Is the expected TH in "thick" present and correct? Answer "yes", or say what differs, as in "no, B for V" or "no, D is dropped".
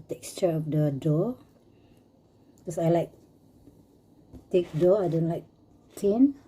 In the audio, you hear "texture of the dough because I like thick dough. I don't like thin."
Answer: no, T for TH